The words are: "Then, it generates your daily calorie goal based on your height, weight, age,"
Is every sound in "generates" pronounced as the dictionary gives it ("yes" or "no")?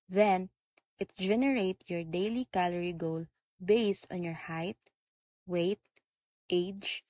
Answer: no